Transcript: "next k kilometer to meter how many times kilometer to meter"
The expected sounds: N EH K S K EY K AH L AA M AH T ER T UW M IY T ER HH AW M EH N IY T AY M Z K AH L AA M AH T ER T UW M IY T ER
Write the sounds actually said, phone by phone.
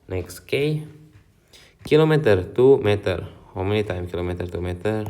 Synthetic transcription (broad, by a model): N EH K S K EY K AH L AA M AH T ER T UW M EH T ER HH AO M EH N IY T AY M K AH L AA M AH T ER T UW M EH T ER